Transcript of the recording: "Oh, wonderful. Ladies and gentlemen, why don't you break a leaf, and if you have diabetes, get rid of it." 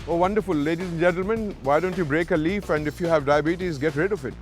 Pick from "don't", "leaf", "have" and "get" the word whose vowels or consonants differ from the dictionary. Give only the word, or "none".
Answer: none